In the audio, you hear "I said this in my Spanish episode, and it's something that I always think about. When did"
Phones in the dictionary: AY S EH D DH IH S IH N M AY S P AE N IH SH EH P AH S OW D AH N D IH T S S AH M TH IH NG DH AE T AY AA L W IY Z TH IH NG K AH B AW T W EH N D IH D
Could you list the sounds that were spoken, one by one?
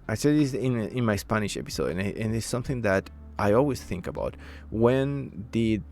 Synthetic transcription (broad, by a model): AY S EH D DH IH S IH N M AY S P AE N IH SH EH P AH S OW D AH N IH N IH S AH M TH IH NG DH AE T AY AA L W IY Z TH IH NG K AH B AW T W EH N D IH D